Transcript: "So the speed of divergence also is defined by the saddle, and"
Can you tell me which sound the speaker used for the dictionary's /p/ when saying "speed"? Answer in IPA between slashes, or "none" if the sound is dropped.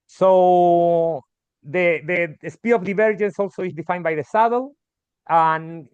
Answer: /p/